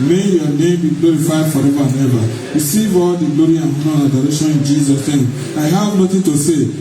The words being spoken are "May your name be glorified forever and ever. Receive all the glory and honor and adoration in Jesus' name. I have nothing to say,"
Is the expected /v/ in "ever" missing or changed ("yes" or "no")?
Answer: yes